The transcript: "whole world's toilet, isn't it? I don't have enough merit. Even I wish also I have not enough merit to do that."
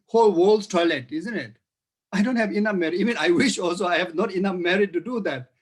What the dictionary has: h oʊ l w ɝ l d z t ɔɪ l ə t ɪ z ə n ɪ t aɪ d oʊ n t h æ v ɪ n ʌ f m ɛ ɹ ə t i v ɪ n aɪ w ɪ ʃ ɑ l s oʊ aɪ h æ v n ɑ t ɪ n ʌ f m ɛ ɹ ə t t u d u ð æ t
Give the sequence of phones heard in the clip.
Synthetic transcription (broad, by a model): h oʊ l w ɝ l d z t ɔɪ l ə t ɪ z ə n ɪ t aɪ d oʊ n t h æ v ɪ n ʌ f m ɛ ɹ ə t i v ɪ n aɪ w ɪ ʃ ɑ l s oʊ aɪ h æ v n ɑ t ɪ n ʌ f m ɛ ɹ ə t t u d u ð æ t